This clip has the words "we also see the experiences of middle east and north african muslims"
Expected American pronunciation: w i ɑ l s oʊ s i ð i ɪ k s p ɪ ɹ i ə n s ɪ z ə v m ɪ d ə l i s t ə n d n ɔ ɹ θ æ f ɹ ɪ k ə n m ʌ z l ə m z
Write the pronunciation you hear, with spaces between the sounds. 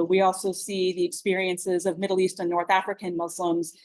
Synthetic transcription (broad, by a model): w i ɑ l s oʊ s i ð i ɪ k s p ɪ ɹ i ə n s ɪ z ə v m ɪ d l i s t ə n n ɔ ɹ θ æ f ɹ ɪ k ə n m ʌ z l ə m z